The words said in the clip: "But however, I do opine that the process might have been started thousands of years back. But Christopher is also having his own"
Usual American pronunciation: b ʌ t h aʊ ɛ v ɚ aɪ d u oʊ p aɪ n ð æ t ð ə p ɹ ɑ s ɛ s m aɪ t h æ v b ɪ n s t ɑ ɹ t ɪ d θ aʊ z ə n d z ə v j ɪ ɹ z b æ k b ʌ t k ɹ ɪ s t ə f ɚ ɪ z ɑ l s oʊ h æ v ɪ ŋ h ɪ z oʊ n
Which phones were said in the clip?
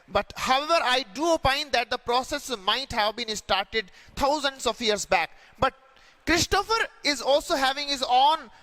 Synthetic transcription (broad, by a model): b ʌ t h aʊ ɛ v ɚ aɪ d u oʊ p aɪ n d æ t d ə p ɹ ɑ s ɛ s m aɪ t h æ v b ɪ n s t ɑ ɹ t ɪ d t aʊ z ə n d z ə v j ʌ ɹ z b æ k b ʌ t k ɹ ɪ s t ə f ɚ ɪ z ɑ l s oʊ h æ v ɪ ŋ h ɪ z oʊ n